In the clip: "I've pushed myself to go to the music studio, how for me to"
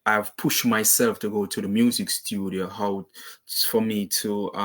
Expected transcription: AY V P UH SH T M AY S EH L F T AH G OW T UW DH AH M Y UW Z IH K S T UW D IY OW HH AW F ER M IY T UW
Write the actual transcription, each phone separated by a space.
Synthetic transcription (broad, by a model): AY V P UH SH T M AY S EH L F T AH G OW T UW DH AH M Y UW Z IH K S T UW D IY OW HH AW F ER M IY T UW